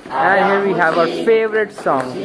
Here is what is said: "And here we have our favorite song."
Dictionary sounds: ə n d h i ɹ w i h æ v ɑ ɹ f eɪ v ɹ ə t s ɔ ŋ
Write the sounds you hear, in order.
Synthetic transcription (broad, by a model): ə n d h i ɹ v i h æ v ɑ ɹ f eɪ v ɹ ə t s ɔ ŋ